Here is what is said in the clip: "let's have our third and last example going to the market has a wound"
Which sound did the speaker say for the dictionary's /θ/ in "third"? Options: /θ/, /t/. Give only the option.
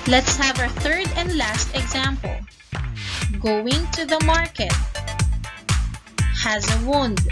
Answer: /θ/